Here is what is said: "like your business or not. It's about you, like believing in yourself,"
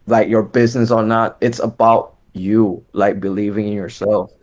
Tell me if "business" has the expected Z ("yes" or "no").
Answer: yes